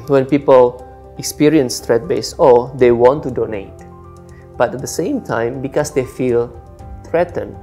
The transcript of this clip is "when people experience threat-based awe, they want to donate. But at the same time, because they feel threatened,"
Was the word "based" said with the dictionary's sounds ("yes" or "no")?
no